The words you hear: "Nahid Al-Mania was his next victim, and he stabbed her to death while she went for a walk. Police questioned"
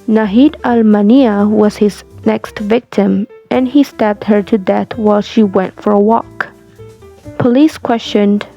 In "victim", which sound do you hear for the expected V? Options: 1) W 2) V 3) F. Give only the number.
2